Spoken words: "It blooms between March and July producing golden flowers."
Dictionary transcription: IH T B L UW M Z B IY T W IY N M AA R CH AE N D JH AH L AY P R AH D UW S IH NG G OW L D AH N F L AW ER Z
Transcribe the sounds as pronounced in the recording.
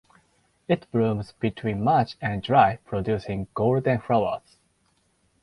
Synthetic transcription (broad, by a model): IH T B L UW M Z B IY T W IY N M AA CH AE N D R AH IH P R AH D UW S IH NG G OW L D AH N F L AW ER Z